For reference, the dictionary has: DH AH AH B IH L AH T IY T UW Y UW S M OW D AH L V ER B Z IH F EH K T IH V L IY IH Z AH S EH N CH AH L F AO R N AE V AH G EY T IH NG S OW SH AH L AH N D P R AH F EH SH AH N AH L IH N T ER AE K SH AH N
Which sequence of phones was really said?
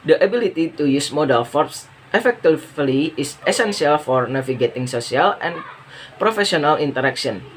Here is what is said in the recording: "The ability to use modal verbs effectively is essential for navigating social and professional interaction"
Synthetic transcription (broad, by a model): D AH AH B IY L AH T IY T UW Y UW S M OW D AH L F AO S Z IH F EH K T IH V L IY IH S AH S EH N S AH L F AO R N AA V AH G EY T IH NG S OW S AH L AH N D P R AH F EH S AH N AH L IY N T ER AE K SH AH N